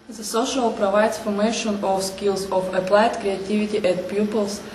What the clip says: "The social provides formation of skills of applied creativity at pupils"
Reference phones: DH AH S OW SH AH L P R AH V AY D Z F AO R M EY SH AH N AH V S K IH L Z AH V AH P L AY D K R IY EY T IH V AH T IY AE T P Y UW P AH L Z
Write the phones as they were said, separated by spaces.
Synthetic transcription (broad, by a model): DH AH S OW SH AH L P R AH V AY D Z F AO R M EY SH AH N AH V S K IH L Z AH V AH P L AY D K R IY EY T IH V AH T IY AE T P Y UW P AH L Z